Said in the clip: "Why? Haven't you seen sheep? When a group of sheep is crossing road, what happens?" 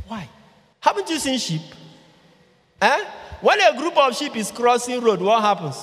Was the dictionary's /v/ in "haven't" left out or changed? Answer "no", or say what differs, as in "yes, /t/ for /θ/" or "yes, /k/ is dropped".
yes, /p/ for /v/